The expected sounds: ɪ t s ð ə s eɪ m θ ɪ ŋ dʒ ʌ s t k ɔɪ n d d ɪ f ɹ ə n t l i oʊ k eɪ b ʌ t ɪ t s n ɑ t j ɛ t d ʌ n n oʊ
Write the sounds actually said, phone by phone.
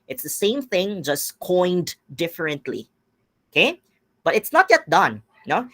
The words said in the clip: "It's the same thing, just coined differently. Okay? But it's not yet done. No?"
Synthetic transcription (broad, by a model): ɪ t s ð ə s eɪ m θ ɪ ŋ dʒ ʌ s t k ɔɪ n d d ɪ f ɹ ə n t l i oʊ k eɪ b ʌ t ɪ t s n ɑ t j ɛ t d ʌ n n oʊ